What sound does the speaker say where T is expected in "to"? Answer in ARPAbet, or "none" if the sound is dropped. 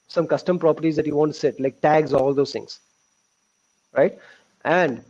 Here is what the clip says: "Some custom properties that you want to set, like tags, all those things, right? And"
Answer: S